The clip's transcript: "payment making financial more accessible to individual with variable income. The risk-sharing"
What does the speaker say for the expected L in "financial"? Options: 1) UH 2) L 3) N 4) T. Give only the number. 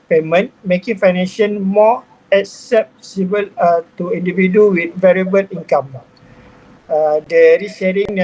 3